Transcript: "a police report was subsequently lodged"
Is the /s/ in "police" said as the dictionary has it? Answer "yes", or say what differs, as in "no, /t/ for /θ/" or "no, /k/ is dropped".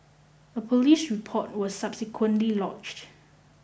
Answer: yes